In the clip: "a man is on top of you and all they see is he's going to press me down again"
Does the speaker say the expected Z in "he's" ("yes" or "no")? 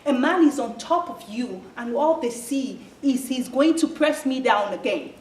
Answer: yes